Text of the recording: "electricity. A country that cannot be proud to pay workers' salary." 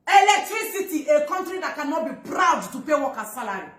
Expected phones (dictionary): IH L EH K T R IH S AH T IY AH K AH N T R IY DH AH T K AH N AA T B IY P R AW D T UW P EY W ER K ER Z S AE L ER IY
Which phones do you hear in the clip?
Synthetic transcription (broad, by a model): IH L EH K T R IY S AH T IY AH K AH N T R IY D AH T K AH N AA T B IY P R AW D T UW P EY W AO K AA S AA L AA IY